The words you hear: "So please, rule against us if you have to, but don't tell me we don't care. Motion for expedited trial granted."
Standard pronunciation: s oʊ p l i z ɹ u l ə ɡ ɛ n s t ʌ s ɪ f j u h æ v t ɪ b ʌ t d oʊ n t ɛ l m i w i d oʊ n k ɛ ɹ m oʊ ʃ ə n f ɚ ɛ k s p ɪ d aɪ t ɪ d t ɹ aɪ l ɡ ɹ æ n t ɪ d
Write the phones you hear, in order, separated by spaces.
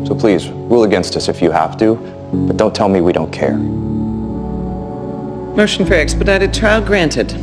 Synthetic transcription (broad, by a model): s oʊ p l i z ɹ u l ə ɡ ɛ n s t ʌ s ɪ f j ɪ h æ f t ɪ b ʌ t d oʊ n t ɛ l m i w i d oʊ n k ɛ ɹ m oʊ ʃ n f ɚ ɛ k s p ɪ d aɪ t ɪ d t ɹ aɪ l ɡ ɹ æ n t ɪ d